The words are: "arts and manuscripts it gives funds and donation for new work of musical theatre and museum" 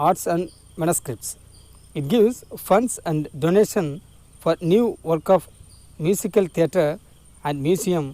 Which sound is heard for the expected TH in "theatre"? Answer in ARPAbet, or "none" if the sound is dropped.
T